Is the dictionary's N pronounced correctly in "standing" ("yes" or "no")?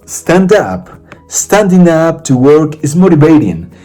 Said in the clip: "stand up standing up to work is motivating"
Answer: yes